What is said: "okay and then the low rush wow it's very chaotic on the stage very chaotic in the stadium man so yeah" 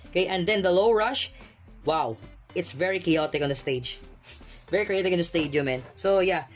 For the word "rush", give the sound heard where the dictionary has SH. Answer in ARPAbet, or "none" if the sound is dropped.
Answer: SH